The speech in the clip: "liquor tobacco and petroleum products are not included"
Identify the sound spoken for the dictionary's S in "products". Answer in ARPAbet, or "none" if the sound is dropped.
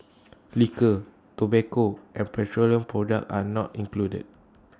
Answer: none